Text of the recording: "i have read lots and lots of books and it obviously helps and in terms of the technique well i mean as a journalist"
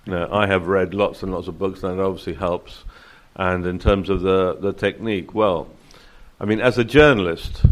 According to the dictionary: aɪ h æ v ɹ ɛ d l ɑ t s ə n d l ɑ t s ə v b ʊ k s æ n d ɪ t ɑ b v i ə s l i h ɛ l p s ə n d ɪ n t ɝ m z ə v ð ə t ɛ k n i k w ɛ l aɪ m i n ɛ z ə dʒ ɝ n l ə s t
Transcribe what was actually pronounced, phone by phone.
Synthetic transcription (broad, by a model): aɪ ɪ v ɹ ɛ d l ɑ t s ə n l ɑ t s ə v b ʊ k s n ɪ t ɑ b v i ə s l i h ɛ l p s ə n ɪ n t ɝ m z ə v ð ə t ɛ k n i k w ɛ l aɪ m i n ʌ z ə dʒ ɝ n l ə s t